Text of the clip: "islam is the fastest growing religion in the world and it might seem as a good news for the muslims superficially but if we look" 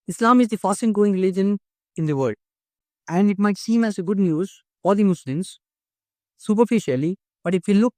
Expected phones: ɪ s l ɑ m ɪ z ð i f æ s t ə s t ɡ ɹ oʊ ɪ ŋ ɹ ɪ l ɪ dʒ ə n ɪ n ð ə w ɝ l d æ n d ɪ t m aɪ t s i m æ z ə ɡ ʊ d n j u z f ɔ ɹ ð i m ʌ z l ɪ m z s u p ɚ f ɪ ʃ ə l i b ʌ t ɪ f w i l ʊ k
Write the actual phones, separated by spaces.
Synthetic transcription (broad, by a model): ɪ s l ɑ m ɪ z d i f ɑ s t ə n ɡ oʊ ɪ ŋ ɹ ɪ l ɪ dʒ ə n ɪ n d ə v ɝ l d æ n d ɪ t m aɪ t s i m æ z ə ɡ ʊ d n j u z f ɔ ɹ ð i m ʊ s l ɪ m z s u p ɚ f ɪ ʃ ə l i b ʌ t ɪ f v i l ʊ k